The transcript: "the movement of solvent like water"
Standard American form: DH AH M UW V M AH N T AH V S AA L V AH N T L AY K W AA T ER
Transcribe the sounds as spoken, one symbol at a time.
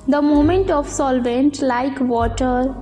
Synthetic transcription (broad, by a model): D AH M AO M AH N T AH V S AA L V AH N T L AY K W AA T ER